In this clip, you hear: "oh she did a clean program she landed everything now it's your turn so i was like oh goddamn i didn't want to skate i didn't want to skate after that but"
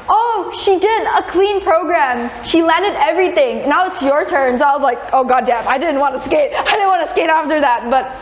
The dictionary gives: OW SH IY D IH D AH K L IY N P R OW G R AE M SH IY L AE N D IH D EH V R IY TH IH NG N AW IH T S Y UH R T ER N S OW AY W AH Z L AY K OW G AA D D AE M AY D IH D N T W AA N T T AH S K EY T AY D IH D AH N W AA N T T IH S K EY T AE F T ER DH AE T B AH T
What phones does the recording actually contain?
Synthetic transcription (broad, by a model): OW SH IY D IH D AH K L IY N P R OW G R AE M SH IY L AE N D IH D EH V R IY TH IH NG N AW IH T S Y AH R T ER N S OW AY W AH Z L AY K OW G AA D D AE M AY D IH D N T W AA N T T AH S K EY T AY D IH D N W AA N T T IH S K EY T AE F T ER DH AE T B AH T